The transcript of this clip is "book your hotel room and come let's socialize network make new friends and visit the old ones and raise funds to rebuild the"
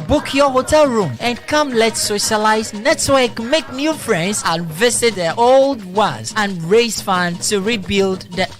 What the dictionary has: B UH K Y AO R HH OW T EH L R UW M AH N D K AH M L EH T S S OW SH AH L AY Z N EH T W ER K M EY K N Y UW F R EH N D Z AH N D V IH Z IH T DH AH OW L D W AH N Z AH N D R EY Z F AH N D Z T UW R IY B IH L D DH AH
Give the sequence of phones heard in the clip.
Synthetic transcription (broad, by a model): B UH K Y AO HH OW T EH L R UW M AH N K AH M L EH T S S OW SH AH L AY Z N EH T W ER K M EY K N Y UW F R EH N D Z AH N V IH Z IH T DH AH OW L D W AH Z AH N R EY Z F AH N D T UW R IY B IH L D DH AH